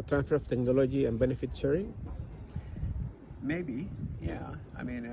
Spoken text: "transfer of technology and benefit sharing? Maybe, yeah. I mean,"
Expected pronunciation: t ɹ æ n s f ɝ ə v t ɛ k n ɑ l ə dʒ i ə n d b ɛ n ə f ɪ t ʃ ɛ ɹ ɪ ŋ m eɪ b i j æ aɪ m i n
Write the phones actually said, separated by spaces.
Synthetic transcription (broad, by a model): t ɹ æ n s f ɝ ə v t ɛ k n ɑ l ə dʒ i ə n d b ɛ n ə f ɪ t s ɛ ɹ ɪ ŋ m eɪ b i j æ aɪ m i n